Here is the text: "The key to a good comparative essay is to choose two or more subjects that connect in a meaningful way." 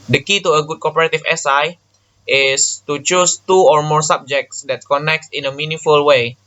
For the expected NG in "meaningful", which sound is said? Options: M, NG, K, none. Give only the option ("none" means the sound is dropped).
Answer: none